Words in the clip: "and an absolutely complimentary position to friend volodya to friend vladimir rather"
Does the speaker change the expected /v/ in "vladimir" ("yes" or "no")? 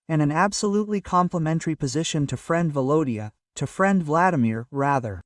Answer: no